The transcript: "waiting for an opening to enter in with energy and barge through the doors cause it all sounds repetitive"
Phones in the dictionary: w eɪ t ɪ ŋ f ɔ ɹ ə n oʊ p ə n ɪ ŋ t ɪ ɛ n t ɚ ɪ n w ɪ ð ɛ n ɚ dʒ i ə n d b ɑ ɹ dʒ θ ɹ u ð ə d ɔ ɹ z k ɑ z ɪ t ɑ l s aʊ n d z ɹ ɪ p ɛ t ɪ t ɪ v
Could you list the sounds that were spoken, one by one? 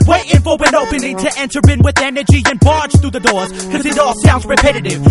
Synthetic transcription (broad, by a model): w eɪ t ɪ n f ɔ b ə n oʊ p ə n ɪ ŋ t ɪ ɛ n t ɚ ɪ n w ɪ ð ɛ n ɚ dʒ i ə n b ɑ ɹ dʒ θ ɹ u ð ə d ɔ ɹ z k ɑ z ɪ t ɑ l s aʊ n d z ɹ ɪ p ɛ t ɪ t ɪ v